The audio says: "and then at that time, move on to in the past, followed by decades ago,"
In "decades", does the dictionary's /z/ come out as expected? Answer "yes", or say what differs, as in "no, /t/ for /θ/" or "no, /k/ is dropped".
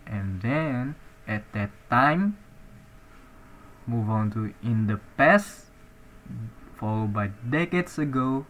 no, /s/ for /z/